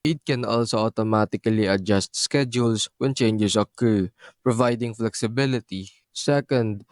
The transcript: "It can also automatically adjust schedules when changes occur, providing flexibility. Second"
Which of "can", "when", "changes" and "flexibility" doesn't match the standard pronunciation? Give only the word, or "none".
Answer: changes